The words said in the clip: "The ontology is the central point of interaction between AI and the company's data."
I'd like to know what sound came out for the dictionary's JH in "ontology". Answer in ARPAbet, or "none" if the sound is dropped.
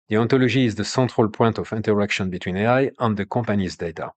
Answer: ZH